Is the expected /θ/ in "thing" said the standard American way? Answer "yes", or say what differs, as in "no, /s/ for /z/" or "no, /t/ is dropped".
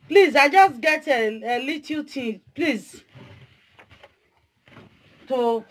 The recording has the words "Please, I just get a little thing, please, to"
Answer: no, /t/ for /θ/